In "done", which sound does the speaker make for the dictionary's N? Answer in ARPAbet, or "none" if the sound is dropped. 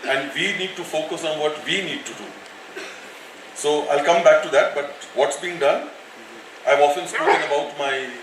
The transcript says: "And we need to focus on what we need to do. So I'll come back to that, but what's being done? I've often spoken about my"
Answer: N